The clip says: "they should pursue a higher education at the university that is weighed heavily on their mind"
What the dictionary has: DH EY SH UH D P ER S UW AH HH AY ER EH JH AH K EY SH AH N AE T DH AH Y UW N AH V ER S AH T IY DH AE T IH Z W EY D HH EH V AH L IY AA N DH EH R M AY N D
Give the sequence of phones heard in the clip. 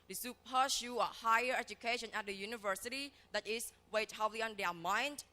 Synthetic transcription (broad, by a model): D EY S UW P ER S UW AH HH AY ER EH JH AH K EY SH AH N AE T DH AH Y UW N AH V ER S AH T IY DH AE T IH S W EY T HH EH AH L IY AA N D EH M AY N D